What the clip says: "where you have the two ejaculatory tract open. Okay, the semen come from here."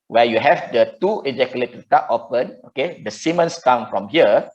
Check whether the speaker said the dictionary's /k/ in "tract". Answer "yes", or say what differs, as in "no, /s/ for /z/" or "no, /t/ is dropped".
no, /k/ is dropped